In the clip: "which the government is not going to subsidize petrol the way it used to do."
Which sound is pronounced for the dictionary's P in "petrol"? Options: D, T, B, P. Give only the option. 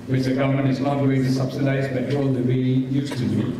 B